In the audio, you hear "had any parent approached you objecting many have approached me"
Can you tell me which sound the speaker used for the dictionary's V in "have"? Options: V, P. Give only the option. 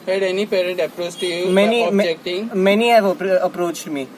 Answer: P